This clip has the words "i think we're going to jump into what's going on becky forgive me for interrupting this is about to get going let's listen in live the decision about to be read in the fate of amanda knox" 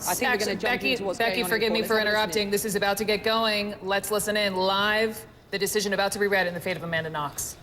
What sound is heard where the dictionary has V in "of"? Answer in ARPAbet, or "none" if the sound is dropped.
V